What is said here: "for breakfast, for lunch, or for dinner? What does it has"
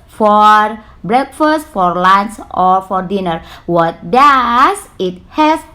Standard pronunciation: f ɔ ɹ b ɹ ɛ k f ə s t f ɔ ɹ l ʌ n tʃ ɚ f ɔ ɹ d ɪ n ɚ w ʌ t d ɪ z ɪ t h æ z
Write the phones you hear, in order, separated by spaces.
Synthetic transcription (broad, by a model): f ɔ ɹ b ɹ ɛ k f ə s t f ɔ ɹ l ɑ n s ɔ f ɔ ɹ d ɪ n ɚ w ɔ t d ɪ s ɪ t h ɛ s